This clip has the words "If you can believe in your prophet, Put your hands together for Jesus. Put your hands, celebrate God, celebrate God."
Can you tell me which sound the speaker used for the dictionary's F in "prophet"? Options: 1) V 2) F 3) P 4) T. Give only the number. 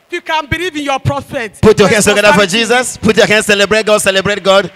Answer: 3